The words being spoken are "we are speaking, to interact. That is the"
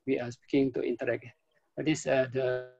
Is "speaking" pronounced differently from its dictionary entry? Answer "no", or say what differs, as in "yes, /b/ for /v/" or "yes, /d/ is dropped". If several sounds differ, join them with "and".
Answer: no